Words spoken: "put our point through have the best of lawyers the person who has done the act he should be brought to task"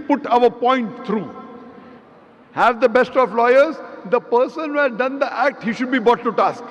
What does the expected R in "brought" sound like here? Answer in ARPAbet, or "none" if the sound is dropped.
none